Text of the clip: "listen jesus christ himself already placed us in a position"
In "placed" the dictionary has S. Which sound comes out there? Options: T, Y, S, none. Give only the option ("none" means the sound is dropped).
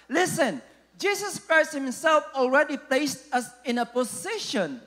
S